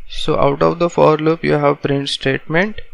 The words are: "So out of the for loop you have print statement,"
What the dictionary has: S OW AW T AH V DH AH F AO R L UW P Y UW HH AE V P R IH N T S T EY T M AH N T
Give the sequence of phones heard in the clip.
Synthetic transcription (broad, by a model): S OW AW T AH V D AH F AO R L UW P Y UW HH AE V P R IH N T S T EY T M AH N T